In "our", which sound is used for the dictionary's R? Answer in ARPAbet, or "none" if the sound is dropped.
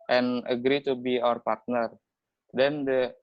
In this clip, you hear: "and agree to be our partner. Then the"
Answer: R